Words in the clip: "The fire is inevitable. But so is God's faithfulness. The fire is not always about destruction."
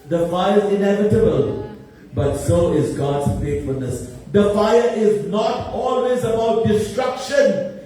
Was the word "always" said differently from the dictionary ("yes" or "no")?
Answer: no